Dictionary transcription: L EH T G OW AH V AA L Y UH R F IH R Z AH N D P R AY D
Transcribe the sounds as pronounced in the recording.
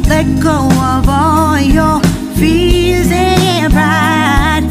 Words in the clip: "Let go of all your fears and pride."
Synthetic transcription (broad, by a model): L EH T G OW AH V AA L Y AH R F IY L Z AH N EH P R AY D